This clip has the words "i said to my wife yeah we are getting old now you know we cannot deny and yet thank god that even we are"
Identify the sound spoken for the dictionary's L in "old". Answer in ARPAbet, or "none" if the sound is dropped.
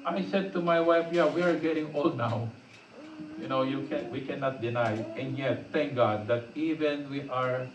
L